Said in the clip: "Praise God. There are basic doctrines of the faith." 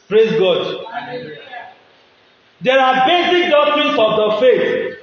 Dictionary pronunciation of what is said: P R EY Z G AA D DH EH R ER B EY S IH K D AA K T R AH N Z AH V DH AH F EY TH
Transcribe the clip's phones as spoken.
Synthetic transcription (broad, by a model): P R EY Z G AA D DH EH R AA B EY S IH K D AA K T R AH N S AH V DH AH F EY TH